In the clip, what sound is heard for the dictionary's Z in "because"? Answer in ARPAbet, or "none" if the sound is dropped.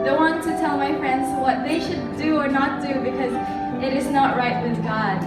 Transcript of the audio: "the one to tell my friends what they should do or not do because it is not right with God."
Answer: Z